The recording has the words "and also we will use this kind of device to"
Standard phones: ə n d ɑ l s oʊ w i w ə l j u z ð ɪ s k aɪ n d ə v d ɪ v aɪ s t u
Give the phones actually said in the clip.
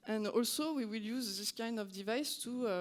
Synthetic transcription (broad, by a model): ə n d ɑ l s oʊ w i w ə l j u z ð ɪ s k aɪ n d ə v d ɪ v aɪ s t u